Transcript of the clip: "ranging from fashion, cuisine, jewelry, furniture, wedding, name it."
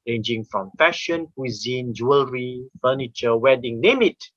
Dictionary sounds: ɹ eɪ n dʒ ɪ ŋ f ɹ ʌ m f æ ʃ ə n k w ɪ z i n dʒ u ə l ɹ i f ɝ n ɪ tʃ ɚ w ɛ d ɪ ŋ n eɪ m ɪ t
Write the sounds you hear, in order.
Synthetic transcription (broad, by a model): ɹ eɪ n dʒ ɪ ŋ f ɹ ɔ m f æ ʃ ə n k w ɪ z i n dʒ u ə l ɹ i f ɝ n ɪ tʃ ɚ w ɛ d ɪ ŋ n eɪ m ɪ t